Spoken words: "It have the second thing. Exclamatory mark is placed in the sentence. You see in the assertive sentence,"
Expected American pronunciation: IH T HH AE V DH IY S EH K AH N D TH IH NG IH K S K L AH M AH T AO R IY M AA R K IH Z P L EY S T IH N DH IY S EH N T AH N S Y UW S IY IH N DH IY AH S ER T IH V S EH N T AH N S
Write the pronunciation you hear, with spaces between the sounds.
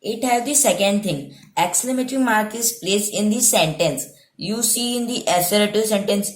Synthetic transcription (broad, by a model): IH T HH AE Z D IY S EH K AH N D T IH NG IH K S L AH M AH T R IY M AA R K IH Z P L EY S IH N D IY S EH N T AH N S Y UW S IY IH N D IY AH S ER T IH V S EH N T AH N S